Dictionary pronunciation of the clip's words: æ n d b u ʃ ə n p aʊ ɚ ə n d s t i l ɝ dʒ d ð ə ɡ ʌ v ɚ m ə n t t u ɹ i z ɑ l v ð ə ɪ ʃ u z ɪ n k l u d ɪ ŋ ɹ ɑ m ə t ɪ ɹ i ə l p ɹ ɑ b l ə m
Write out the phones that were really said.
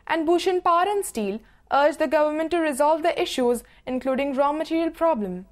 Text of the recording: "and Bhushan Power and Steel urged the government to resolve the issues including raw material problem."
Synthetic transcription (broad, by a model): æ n d b u ʃ ə n p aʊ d ə n d s t i l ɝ dʒ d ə ɡ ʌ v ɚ m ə n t t u ɹ i z ɑ l v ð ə ɪ ʃ u z ɪ n k l u d ɪ ŋ ɹ ɑ m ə t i ɹ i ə l p ɹ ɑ b l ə m